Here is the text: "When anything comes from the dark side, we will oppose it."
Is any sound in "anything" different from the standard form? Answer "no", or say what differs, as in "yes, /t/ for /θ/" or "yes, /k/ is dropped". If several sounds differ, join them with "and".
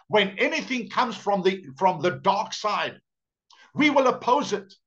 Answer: no